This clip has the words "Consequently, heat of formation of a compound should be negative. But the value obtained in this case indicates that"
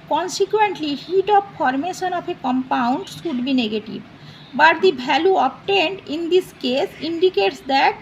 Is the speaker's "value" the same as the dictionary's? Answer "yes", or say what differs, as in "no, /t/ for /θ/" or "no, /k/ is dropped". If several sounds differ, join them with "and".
no, /b/ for /v/